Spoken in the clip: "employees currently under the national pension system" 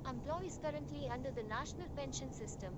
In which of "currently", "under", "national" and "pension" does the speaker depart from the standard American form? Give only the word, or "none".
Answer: none